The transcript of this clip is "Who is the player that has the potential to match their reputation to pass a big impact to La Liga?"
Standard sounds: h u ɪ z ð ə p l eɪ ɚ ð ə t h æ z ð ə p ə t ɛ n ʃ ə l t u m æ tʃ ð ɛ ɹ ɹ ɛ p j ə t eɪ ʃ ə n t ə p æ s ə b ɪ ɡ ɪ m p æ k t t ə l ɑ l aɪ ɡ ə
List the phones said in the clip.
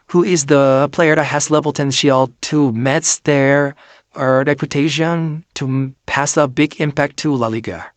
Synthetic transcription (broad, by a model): h u ɪ z ð ə p l eɪ ɚ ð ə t h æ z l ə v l t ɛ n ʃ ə l t u m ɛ s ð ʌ ɹ ɹ ɛ p j ə t eɪ ʃ ə n t ə p æ s ə b ɪ ɡ ɪ m p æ k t t ə l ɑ l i ɡ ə